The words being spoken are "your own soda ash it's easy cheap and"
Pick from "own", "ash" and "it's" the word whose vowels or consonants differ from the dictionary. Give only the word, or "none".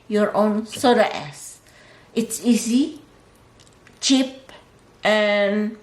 ash